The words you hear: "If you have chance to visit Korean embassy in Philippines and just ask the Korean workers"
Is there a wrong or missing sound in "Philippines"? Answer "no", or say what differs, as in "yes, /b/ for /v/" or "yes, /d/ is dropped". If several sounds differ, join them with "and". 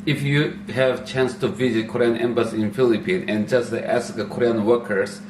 yes, /z/ is dropped